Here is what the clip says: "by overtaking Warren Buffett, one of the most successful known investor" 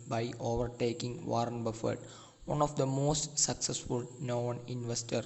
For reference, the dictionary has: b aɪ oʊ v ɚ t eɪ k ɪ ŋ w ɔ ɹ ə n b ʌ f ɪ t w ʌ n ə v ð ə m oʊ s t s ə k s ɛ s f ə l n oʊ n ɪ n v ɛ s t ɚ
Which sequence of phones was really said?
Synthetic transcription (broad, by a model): b aɪ oʊ v ɚ t eɪ k ɪ ŋ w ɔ ɹ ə n b ʌ f ɪ t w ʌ n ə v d ə m oʊ s t s ə k s ɛ s f ə l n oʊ n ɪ n v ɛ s t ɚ